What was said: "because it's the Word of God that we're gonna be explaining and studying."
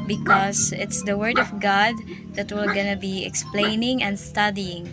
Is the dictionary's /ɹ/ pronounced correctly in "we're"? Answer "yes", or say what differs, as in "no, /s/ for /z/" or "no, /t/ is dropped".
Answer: no, /l/ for /ɹ/